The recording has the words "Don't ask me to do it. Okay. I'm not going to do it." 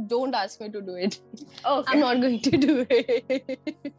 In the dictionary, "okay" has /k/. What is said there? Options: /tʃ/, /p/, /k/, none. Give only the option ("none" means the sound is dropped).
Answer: none